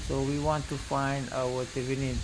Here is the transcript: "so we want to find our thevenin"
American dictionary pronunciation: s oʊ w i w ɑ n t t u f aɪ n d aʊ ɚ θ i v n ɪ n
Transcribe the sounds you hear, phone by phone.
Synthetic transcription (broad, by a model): s oʊ w i w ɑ n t t u f aɪ n d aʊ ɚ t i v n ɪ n